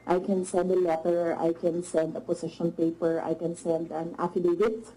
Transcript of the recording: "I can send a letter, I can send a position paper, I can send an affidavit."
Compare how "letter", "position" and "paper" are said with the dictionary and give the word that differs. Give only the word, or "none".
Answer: position